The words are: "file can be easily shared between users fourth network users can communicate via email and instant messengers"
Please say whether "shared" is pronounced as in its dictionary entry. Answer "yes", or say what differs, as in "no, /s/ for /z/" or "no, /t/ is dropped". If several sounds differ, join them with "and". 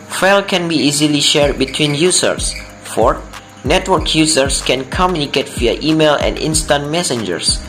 yes